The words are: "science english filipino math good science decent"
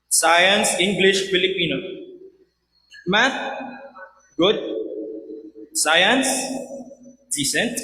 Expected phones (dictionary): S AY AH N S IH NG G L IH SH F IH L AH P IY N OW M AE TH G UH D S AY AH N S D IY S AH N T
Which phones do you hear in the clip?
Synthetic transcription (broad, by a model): S AY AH N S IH NG G L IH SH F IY L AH P IY N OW M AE T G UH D S AY AH N S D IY S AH N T